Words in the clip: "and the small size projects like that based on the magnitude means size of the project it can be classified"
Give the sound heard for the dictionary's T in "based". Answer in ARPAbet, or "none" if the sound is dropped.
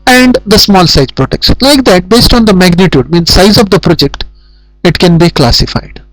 T